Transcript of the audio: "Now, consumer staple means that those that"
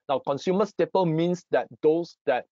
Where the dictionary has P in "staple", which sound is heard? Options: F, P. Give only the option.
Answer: P